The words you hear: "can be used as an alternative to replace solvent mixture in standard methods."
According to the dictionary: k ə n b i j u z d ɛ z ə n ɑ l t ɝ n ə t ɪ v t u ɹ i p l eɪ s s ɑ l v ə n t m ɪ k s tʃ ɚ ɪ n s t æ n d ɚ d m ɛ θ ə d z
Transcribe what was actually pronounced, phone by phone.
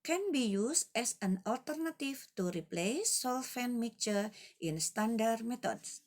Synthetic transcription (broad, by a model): k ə n b i j u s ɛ s ə n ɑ l t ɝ n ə t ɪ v t u ɹ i p l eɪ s s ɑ l f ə n m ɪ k tʃ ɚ ɪ n s t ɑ n d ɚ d m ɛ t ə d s